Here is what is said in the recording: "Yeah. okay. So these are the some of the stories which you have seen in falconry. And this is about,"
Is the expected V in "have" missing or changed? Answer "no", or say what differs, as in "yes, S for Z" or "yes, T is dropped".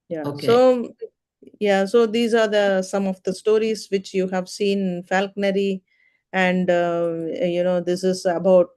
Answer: no